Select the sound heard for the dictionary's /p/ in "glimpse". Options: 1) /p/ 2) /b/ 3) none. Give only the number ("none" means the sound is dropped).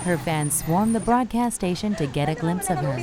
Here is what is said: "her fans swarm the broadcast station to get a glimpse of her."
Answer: 1